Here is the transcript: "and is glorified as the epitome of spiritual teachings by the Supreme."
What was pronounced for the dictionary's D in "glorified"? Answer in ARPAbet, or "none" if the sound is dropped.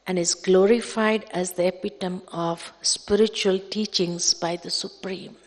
D